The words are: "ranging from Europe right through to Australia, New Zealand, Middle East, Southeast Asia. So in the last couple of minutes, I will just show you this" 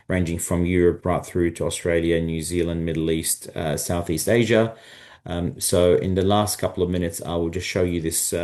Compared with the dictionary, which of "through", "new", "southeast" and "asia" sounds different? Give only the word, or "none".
none